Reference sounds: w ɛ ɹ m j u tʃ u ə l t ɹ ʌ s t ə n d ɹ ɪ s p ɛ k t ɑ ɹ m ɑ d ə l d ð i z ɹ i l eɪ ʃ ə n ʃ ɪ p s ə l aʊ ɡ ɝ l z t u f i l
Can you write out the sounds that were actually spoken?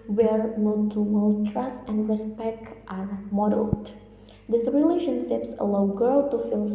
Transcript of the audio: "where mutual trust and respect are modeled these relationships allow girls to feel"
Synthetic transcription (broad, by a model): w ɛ ɹ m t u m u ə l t ɹ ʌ s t ə n d ɹ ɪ s p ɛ k t ɑ ɹ m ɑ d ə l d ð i s ɹ i l eɪ ʃ ə n ʃ ɪ p s ə l aʊ ɡ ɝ l t u f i l